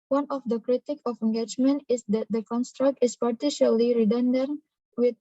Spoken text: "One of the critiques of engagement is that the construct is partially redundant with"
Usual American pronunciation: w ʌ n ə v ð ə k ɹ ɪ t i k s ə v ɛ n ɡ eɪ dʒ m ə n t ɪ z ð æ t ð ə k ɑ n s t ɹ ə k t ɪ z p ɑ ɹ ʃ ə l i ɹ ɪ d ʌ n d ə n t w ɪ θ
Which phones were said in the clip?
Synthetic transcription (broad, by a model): w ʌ n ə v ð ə k ɹ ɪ t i k ə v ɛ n ɡ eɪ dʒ m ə n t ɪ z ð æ t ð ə k ɑ n s t ɹ ə k t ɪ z p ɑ ɹ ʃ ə l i ɹ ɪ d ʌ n d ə t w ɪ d